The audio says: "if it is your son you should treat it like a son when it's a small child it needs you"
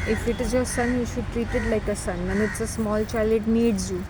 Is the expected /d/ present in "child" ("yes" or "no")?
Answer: no